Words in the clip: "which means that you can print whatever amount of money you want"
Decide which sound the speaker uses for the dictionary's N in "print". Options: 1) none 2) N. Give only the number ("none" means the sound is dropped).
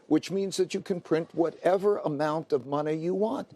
2